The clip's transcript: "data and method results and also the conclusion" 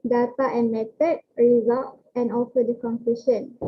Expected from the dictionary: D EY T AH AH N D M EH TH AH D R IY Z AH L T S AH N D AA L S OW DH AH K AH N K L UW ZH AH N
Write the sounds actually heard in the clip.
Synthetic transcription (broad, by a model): D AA T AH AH N M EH T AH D R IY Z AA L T AH N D AA L S OW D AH K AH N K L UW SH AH N